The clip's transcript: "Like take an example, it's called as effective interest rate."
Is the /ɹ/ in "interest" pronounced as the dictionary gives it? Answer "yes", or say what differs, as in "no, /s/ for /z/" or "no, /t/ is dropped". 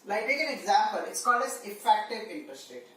no, /ɹ/ is dropped